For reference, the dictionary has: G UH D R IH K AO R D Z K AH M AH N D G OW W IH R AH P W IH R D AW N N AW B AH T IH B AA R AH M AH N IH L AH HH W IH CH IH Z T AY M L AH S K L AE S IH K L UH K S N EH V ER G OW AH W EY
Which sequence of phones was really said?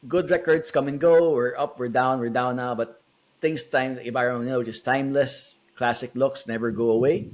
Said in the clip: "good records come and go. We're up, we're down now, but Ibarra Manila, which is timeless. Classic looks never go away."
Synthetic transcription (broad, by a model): G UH D R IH K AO R D S K AH M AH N G OW W IH R AH P W IH R D AW N N AW B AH T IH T AA AH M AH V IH N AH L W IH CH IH S T AY M L AH S K L AE S IH K L UH K S N EH V ER G OW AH W EY